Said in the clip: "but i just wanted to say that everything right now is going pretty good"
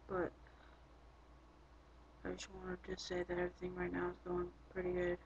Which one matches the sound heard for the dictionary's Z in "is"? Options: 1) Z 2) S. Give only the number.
1